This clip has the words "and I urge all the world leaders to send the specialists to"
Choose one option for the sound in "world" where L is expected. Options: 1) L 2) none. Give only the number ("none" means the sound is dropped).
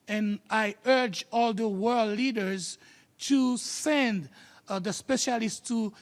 1